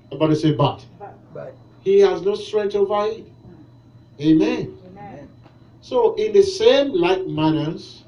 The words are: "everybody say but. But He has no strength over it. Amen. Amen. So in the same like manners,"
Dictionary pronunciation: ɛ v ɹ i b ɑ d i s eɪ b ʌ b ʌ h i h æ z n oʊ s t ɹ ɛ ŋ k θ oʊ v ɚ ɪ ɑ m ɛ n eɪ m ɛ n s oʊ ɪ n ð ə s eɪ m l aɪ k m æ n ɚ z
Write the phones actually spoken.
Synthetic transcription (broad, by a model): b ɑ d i s eɪ b ʌ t h i h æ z n oʊ s t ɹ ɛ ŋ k t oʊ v ɪ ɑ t eɪ m ɛ n s oʊ ɪ n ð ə s eɪ m l aɪ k m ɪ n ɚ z